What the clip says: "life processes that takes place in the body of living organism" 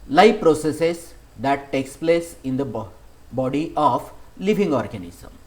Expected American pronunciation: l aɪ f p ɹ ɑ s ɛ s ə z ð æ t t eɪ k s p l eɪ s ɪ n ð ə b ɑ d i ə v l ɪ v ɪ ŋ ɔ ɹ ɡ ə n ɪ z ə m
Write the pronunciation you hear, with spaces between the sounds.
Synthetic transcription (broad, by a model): l aɪ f p ɹ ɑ s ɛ s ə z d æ t t eɪ k s p l eɪ s ɪ n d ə b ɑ d i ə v l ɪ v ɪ ŋ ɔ ɹ ɡ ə n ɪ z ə m